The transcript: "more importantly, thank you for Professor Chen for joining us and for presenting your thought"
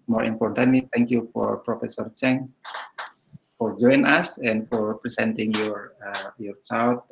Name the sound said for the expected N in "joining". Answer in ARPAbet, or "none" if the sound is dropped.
none